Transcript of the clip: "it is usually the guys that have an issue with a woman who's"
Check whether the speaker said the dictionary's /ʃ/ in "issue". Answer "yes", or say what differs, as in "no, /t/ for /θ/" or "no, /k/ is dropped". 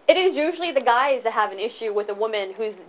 yes